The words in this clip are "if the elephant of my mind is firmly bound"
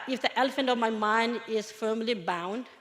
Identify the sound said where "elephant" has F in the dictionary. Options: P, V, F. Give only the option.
F